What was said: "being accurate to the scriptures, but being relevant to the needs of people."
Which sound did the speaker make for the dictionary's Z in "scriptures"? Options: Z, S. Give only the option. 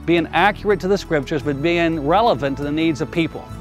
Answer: Z